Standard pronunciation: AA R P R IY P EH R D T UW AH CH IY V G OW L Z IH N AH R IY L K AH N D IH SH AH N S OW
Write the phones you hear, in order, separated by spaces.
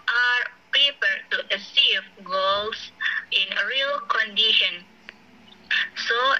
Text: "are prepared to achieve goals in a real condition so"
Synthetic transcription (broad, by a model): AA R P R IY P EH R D T UW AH S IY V G OW L S IH N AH R IY L K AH N D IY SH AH N S OW